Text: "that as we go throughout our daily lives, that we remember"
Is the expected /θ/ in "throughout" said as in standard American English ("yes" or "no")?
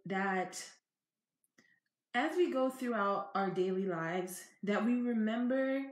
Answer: yes